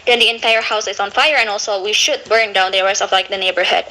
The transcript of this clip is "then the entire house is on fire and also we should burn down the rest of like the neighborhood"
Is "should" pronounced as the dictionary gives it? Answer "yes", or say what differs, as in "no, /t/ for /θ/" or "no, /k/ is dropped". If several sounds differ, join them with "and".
yes